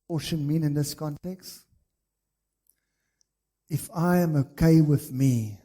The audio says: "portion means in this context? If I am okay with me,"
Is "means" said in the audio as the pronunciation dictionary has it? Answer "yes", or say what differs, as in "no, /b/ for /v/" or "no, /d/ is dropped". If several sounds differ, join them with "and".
no, /z/ is dropped